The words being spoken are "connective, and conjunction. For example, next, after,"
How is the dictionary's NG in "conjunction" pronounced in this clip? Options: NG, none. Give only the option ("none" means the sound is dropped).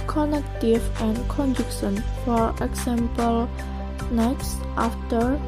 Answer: none